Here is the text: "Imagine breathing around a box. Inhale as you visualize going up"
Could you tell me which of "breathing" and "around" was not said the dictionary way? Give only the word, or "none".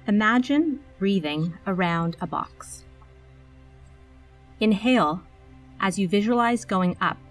none